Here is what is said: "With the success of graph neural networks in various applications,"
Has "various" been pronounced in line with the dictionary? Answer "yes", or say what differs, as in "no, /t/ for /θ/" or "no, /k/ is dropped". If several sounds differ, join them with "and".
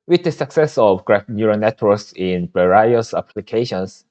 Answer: no, /b/ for /v/